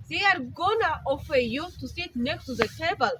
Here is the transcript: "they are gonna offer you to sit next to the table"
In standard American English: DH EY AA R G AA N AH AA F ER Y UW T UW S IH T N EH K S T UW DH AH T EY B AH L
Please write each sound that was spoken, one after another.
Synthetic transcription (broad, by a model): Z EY AA R G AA N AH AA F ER Y UW T UW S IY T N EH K T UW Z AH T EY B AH L